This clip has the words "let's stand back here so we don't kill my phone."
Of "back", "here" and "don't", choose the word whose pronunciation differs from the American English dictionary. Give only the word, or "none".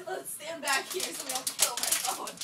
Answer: don't